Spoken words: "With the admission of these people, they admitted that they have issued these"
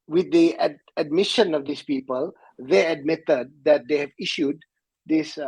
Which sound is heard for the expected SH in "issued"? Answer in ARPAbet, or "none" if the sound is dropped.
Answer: SH